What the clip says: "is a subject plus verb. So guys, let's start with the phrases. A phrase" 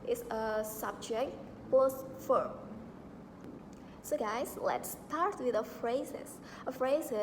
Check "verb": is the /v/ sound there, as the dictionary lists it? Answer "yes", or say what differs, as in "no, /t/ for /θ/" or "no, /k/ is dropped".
no, /f/ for /v/